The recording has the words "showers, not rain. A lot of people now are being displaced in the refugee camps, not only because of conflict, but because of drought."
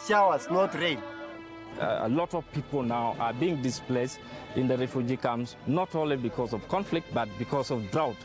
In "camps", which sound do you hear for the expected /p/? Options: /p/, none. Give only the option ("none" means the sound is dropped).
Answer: none